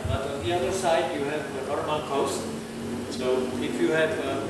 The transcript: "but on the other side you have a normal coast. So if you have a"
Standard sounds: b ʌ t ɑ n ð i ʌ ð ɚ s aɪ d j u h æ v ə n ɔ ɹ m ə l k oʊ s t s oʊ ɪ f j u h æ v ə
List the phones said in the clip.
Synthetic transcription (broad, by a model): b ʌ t ɑ n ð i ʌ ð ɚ s aɪ d j u h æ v ə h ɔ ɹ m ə n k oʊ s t s oʊ ɪ f j u h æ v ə